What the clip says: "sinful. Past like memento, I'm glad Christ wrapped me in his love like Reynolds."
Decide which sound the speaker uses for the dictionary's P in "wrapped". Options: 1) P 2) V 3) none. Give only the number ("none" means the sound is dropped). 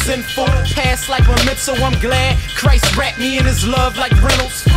3